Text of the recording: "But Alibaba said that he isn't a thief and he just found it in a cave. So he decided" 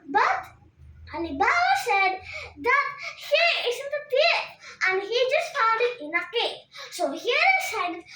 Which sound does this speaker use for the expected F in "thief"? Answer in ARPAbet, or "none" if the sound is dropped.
none